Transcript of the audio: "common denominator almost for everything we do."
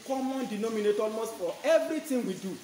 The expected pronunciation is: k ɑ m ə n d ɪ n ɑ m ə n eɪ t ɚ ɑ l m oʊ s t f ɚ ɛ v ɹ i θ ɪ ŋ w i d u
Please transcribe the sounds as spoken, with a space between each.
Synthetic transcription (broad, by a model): k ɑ m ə n d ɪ n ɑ m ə n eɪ t ɑ l m oʊ s t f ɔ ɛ v ɹ i t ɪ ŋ w i d u